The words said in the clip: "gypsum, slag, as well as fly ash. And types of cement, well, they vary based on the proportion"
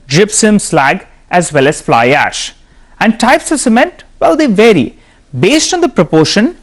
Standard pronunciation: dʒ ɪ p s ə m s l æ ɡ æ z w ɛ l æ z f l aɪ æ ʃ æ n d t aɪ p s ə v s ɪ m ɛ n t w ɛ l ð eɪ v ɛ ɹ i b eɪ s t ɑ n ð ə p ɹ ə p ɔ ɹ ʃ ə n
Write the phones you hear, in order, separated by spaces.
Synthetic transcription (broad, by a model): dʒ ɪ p s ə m s l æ ɡ æ z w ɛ l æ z f l aɪ æ ʃ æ n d t aɪ p s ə s ɪ m ɛ n t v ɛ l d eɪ v ɛ ɹ i b eɪ s t ɑ n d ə p ɹ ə p ɔ ɹ ʃ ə n